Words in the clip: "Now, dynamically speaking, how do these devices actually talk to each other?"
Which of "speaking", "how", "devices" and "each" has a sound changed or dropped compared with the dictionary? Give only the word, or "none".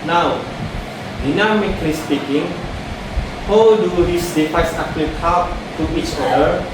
devices